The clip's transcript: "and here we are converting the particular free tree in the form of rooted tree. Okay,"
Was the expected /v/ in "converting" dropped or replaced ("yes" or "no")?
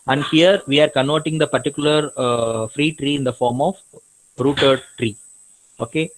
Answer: yes